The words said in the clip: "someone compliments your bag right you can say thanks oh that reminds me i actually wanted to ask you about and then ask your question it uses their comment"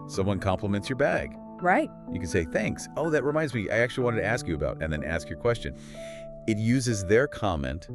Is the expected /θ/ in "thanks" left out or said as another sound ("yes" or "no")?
no